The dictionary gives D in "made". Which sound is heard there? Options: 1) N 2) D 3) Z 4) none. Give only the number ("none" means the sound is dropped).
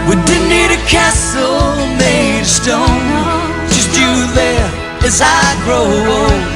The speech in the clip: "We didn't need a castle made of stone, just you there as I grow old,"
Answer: 4